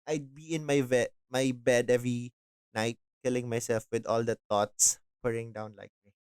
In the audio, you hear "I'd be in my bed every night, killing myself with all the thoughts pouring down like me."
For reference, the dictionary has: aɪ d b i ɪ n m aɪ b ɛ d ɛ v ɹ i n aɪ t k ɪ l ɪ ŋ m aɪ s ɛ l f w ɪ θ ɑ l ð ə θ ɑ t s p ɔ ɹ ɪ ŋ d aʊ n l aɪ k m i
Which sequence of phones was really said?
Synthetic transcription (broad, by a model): aɪ d b i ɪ n m aɪ b ɛ d ɛ v ɹ i n aɪ t k ɪ l ɪ ŋ m aɪ s ɛ l f w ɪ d ɑ l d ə t ɑ t s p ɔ ɹ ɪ ŋ d aʊ n l aɪ k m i